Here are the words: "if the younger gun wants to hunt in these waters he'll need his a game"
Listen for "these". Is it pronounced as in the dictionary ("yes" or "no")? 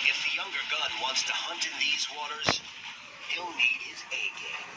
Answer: yes